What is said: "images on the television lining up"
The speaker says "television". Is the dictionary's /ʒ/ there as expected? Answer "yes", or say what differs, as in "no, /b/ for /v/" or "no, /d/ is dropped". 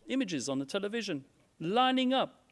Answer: yes